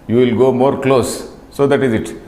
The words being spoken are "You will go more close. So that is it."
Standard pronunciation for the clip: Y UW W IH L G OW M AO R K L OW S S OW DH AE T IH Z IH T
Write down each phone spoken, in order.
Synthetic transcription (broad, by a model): Y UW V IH L G OW M AO R K L OW S S OW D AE T IH Z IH T